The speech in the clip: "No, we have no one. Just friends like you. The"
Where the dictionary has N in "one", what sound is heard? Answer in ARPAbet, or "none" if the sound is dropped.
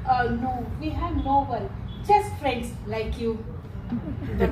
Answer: L